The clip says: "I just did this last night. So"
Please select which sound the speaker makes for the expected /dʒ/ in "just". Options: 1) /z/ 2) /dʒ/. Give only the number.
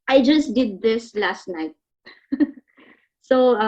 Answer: 2